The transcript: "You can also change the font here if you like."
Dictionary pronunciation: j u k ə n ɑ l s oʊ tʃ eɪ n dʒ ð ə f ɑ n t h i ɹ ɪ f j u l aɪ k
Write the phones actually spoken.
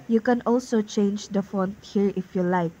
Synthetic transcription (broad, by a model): j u k ə n ɑ l s oʊ tʃ eɪ n dʒ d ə f ɑ n t h i ɹ ɪ f j u l aɪ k